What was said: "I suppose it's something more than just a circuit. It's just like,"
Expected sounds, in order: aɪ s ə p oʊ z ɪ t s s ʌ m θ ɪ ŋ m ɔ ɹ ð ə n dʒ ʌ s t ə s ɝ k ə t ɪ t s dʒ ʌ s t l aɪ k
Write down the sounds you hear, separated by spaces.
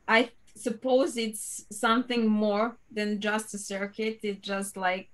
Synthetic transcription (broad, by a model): aɪ s ə p oʊ z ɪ t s s ʌ m θ ɪ ŋ m ɔ ɹ ð ə n dʒ ʌ s t ə s ɝ k ə t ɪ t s dʒ ʌ s t l aɪ k